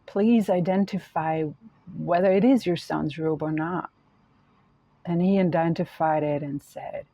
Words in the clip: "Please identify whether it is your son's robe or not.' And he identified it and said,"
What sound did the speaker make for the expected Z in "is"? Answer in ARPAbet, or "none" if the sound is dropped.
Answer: Z